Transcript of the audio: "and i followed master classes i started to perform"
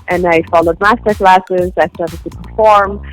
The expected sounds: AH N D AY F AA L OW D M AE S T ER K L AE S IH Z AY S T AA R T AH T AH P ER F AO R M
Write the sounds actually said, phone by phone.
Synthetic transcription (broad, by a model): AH N AY F AA L OW D M AE S T ER K L AE S IH Z AY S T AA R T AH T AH P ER F AO R M